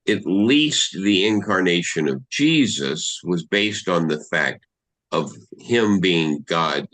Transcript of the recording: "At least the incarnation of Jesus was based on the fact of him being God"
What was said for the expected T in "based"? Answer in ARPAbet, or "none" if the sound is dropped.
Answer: T